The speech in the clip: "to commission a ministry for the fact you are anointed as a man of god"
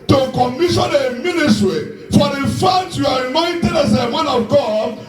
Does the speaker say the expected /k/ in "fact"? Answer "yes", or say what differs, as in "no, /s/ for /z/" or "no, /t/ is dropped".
no, /k/ is dropped